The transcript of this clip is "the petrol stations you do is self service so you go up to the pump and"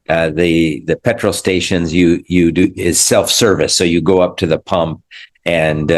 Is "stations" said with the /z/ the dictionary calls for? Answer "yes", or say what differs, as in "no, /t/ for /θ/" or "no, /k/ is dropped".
yes